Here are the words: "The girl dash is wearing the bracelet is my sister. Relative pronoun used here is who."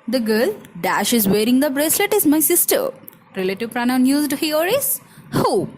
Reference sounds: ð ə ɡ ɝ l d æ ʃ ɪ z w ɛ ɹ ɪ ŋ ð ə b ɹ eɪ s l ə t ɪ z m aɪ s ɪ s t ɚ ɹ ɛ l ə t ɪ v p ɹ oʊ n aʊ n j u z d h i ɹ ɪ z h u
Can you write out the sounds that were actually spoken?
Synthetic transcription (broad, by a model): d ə ɡ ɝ l d æ ʃ ɪ z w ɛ ɹ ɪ ŋ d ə b ɹ eɪ s l ə t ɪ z m aɪ s ɪ s t ɚ ɹ ɛ l ə t ɪ v p ɹ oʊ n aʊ n j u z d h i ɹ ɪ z h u